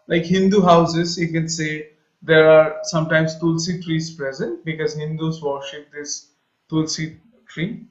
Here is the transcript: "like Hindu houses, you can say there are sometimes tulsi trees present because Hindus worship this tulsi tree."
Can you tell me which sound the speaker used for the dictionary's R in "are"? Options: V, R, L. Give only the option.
R